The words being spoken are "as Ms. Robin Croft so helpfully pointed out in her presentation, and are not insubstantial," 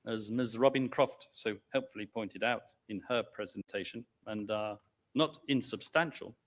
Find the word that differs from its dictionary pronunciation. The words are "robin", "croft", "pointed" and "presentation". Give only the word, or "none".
none